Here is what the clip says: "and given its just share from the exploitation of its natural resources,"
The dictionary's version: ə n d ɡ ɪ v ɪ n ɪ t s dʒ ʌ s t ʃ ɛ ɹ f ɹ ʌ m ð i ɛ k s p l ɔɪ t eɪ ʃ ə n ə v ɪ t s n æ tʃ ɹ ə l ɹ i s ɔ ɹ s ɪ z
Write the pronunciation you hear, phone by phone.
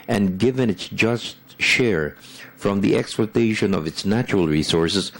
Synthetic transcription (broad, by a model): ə n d ɡ ɪ v ɪ n ɪ t s dʒ ʌ s t ʃ ɛ ɹ f ɹ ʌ m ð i ɛ k s p l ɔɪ t eɪ ʃ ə n ə v ɪ t s n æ tʃ ɹ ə l ɹ i s ɔ ɹ s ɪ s